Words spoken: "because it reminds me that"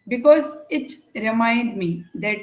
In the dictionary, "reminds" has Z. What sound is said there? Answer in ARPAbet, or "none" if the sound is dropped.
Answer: none